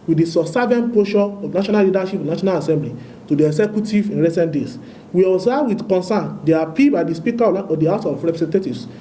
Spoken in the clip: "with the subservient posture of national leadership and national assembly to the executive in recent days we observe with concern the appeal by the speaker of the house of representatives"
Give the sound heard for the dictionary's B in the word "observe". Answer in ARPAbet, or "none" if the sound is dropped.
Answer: none